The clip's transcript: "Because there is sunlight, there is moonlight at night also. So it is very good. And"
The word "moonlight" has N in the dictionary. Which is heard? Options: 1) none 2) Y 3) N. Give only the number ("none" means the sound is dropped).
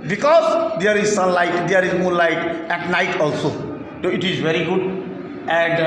1